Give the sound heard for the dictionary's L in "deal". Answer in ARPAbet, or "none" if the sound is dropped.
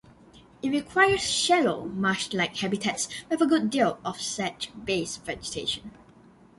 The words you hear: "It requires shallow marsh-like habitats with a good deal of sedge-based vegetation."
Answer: L